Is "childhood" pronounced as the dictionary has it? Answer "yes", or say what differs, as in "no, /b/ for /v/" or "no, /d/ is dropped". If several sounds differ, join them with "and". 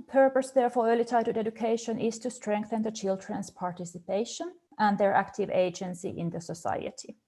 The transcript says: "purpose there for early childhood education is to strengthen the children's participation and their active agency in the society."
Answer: no, /l/ is dropped